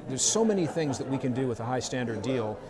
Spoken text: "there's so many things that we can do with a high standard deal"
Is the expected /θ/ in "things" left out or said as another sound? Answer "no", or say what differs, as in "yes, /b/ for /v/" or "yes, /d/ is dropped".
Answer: no